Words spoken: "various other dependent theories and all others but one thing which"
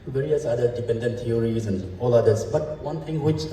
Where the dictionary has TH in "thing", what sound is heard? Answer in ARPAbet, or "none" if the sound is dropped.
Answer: T